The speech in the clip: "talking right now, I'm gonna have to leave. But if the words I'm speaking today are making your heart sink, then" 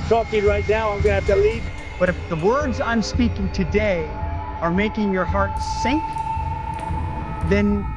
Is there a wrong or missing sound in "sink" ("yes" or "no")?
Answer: no